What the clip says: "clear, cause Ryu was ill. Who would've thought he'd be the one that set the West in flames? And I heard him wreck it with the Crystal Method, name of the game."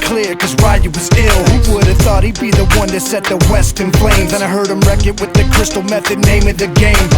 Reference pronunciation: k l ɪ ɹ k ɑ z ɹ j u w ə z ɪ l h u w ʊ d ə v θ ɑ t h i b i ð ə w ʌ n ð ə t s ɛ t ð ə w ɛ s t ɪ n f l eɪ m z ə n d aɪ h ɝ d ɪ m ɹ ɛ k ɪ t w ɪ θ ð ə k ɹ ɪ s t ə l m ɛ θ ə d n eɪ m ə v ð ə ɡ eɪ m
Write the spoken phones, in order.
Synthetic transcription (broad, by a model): k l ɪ ɹ k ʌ z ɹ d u w ə z ɪ l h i w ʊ d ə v θ ɑ t h i b i ð ə w ʌ n ð ə t s ɛ t ð ə w ɛ s t ɪ n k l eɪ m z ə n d aɪ h ɝ d ɪ m ɹ ɛ k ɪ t w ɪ ð ə k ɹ ɪ s t l m ɛ θ ə d n eɪ m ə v ð ə ɡ eɪ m